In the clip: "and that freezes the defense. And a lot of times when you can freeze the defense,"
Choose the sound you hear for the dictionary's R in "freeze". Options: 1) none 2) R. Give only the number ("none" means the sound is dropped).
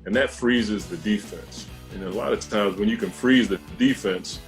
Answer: 2